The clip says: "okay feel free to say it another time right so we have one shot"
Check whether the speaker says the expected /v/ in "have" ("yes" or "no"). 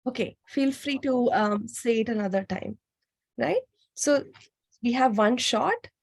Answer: yes